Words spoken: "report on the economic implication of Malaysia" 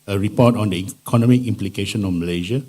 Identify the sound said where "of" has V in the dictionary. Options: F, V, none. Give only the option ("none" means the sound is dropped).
F